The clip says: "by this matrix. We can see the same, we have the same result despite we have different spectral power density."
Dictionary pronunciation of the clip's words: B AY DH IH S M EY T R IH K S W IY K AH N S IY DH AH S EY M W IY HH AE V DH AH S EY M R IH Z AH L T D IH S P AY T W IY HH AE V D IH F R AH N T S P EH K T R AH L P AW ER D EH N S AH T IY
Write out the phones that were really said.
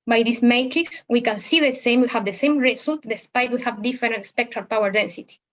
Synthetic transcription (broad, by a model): B AY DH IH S M EY T R IH K S W IY K AH N S IY DH AH S EY M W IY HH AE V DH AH S EY M R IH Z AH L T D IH S P AY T W IY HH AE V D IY F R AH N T S P EH K T R AH L P AW ER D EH N S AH T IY